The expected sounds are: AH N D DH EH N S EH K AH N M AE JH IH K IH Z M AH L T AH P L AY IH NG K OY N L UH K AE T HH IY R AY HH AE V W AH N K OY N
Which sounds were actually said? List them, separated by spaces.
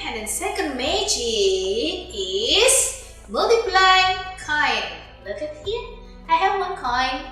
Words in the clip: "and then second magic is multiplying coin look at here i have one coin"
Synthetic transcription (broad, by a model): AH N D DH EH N S EH K AH N M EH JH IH IH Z M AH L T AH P L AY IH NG K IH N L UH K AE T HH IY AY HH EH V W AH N K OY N